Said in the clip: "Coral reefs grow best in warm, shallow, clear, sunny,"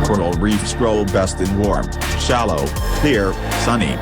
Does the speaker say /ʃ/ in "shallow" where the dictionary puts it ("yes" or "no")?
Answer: yes